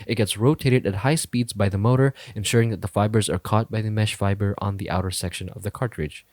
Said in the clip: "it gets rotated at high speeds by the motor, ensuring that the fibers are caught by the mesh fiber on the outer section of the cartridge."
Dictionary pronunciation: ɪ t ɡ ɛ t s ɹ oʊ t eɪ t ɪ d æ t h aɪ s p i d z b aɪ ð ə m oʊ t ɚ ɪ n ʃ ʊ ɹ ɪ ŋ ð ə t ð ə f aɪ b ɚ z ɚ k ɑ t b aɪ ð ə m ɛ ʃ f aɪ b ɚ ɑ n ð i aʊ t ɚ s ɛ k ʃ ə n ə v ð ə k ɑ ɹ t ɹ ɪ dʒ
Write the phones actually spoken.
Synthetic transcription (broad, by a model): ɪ t ɡ ɛ t s ɹ oʊ t eɪ t ɪ d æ t h aɪ s p i d z b aɪ ð ə m oʊ t ɚ ɪ n ʃ ʊ ɹ ɪ ŋ ð ə t ð ə f aɪ b ɚ z ɚ k ɑ t b aɪ ð ə m ɛ ʃ f aɪ b ɚ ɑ n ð i aʊ t ɚ s ɛ k ʃ ə n ə v ð ə k ɑ ɹ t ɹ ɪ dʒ